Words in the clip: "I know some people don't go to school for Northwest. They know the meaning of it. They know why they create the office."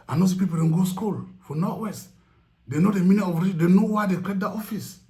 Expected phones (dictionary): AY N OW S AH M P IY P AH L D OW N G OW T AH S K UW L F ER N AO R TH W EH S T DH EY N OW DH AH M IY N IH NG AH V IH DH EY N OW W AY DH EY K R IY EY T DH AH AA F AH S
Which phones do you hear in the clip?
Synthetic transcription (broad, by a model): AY N OW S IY P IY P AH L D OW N G OW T S K UW L F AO N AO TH W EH S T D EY N OW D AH M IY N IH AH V IH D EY N OW W AY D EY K IY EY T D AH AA F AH S